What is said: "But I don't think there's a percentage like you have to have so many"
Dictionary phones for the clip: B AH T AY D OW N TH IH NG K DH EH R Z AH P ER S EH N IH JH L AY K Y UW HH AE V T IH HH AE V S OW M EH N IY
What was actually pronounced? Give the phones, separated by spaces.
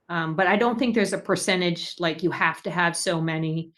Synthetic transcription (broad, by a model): B AH T AY D OW N TH IH NG K DH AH R Z AH P ER S EH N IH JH L AY K Y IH HH AE F T IH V S OW M EH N IY